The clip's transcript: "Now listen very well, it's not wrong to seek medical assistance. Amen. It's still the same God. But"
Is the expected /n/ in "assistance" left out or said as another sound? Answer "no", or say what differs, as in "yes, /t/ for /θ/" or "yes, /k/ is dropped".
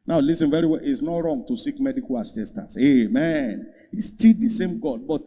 yes, /n/ is dropped